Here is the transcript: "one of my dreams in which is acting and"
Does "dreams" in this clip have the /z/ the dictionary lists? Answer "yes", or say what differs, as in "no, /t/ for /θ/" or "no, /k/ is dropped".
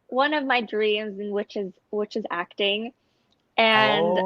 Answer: yes